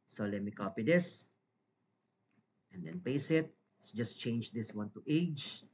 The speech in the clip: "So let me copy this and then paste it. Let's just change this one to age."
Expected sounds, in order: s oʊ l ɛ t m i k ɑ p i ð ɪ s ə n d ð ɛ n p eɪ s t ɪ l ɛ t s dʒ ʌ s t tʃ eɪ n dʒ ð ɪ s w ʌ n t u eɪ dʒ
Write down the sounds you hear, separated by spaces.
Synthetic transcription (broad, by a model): s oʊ l ɛ t m i k ɑ p i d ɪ s ə n d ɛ n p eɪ s ɪ t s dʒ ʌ s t tʃ eɪ n dʒ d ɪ s w ʌ n t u eɪ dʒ